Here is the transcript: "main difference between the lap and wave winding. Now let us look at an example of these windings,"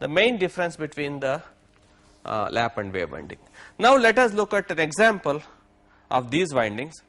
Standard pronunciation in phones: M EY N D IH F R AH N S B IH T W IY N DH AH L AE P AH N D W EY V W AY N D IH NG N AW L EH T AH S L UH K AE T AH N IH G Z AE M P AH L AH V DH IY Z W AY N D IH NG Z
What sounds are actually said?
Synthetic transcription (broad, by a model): M EY N D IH F R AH N S B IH T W IY N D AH L AE P AH N D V EY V AY N D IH NG N AW L EH T AH S L UH K AE T AH N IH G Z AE M P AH L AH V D IY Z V AY N D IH NG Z